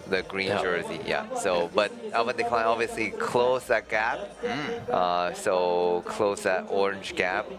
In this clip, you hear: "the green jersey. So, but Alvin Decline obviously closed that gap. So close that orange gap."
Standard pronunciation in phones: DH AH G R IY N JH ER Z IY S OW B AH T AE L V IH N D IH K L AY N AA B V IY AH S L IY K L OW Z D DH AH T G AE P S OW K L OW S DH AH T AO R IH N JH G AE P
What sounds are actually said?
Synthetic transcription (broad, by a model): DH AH G R IY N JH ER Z IY S OW B AH T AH V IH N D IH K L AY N AA B V IY AH S L IY K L OW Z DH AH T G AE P S OW K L OW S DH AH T AO R IH N JH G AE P